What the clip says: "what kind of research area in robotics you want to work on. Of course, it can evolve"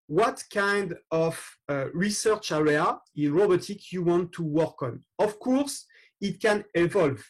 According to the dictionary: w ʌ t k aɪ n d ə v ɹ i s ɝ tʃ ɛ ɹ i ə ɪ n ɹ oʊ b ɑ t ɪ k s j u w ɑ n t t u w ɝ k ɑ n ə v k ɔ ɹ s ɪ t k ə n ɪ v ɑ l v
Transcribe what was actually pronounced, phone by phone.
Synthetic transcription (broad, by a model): w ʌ t k aɪ n d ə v ɹ i s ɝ tʃ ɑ ɹ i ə ɪ n ɹ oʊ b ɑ t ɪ k j u w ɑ n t t u w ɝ k ɑ n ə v k ɔ ɹ s ɪ t k ə n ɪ v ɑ l v